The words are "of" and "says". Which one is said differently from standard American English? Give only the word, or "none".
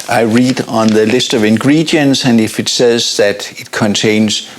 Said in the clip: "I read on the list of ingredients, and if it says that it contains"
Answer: none